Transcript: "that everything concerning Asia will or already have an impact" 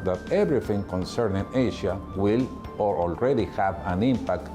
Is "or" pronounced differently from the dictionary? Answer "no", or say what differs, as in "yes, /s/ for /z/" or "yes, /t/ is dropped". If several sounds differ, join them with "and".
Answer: no